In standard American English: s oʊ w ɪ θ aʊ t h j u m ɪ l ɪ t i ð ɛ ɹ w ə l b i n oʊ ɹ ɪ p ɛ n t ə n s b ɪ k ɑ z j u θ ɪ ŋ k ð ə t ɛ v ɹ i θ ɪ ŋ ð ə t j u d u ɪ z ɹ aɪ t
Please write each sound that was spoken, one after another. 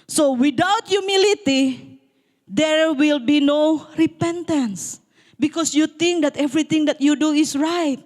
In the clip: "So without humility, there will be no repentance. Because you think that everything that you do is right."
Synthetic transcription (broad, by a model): s oʊ w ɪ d aʊ t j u m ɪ l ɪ t i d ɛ ɹ w ə l b i n oʊ ɹ ɪ p ɛ n t ə n s b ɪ k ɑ s j u t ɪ ŋ k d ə t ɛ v ɹ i t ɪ ŋ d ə t j u d u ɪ s ɹ aɪ t